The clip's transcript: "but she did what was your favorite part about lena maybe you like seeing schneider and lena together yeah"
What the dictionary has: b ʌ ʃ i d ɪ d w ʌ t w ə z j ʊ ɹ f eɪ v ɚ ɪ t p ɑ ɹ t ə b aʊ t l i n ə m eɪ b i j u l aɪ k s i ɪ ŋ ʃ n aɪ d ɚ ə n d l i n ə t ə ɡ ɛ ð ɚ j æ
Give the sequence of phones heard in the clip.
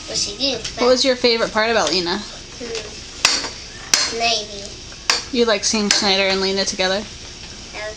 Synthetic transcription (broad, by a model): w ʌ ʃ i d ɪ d w ʌ t w ə z j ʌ ɹ f eɪ v ɚ ɪ t p ɑ ɹ t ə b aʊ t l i n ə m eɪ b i j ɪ l aɪ k s i ɪ ŋ s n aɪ d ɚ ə n l i n ə t ə ɡ ɛ ð ɚ